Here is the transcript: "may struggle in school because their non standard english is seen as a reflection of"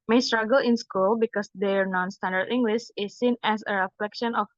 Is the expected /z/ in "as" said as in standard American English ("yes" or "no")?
no